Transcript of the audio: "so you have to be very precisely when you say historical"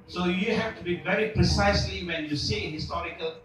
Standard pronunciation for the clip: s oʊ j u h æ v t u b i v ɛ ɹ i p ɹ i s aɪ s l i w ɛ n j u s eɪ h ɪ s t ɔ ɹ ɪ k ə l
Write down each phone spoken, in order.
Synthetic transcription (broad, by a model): s oʊ j u h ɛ f t u b i v ɛ ɹ i p ɹ i s aɪ s l i w ɛ n j u s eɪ h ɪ s t ɔ ɹ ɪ k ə l